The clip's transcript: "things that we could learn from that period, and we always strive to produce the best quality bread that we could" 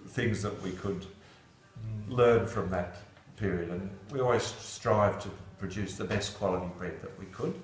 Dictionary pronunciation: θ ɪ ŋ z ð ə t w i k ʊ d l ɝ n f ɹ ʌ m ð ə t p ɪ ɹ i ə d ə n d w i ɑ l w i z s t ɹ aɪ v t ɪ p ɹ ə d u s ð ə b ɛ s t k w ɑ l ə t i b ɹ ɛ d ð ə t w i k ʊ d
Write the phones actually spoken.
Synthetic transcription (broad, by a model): θ ɪ ŋ z ð ə t w i k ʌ d l ɝ n f ɹ ʌ m ð ə t p ɪ ɹ i ə d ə n w i ɑ l w i z s t ɹ aɪ v t ɪ p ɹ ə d u s ð ə b ɛ s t k w ɑ l ə t i b ɹ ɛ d ð ə t w i k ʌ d